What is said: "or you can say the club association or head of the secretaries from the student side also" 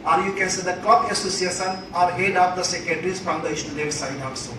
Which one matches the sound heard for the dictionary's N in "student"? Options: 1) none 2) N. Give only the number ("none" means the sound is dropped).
1